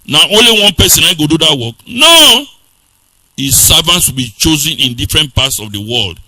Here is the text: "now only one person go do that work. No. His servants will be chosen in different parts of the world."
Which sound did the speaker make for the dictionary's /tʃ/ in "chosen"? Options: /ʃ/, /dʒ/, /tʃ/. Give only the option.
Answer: /tʃ/